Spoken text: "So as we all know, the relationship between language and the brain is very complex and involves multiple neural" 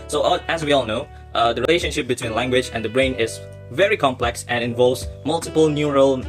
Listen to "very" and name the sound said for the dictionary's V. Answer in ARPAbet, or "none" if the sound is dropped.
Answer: V